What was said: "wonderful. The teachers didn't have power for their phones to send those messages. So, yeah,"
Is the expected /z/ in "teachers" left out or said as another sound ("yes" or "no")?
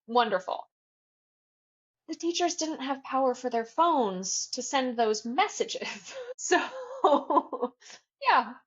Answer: no